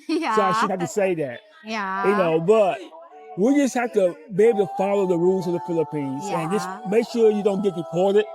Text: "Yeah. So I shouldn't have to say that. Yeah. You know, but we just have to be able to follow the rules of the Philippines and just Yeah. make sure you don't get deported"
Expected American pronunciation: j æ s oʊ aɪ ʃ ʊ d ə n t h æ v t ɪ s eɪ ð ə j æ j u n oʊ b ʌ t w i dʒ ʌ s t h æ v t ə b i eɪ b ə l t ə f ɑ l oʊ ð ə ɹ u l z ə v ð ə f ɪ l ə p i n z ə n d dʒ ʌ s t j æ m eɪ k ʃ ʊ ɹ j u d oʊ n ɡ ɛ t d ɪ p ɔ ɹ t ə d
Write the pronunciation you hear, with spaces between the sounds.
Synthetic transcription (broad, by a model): s oʊ aɪ ʃ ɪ d h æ f t ɪ s eɪ ð ə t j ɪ n oʊ b ʌ t w i dʒ ʌ s t h æ f t ə b i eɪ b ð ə f ɑ l oʊ ð ə ɹ u l z ə v ð ə f ɪ l ə p i n z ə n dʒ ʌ s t m eɪ k ʃ ʊ ɹ j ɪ d oʊ n ɡ ɛ t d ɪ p ɔ ɹ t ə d